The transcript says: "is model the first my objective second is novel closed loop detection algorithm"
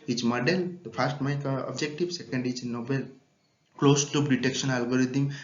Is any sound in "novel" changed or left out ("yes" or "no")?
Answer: yes